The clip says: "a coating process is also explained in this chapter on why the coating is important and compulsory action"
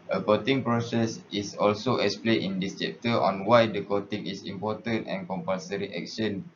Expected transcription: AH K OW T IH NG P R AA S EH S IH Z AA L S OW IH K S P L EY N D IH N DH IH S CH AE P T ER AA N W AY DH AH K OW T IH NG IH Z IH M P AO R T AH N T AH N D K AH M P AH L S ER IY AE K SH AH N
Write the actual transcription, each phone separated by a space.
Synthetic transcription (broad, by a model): AH K OW T IH NG P R AA S EH S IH S AA L S OW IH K S P L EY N IH N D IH S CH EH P T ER AA N W AY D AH K OW T IH NG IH S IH M P AO T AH N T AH N K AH M P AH L S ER IY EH K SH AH N